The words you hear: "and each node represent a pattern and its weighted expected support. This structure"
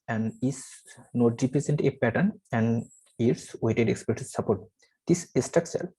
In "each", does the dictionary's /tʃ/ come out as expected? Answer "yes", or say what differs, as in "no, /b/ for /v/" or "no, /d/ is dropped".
no, /s/ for /tʃ/